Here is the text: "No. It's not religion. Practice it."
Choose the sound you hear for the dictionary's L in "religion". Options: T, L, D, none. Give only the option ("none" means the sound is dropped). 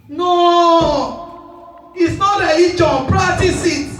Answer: none